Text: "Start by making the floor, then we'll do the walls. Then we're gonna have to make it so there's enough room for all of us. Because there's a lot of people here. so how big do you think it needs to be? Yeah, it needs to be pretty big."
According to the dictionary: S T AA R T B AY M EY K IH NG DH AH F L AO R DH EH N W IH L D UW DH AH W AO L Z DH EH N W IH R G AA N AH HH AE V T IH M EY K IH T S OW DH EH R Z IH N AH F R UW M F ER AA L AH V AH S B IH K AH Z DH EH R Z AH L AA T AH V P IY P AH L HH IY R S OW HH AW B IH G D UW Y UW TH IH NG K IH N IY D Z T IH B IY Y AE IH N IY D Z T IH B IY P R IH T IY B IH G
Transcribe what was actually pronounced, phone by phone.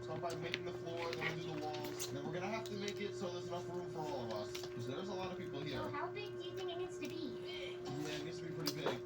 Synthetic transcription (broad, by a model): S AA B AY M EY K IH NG DH AH F L AO R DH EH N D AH DH AH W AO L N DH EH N W IH R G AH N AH HH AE F T IH M EY K IH T S OW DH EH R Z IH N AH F R UW M F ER AA L AH V AH S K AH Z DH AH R Z AH L AA T AH V P IY P L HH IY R HH AW B IH G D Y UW TH IH NG K IH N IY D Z T IH B IY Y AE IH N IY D S T IH B IY P R IH T IY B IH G